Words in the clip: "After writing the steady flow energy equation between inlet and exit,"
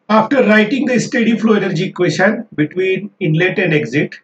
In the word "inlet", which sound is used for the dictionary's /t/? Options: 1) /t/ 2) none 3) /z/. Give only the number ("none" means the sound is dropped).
1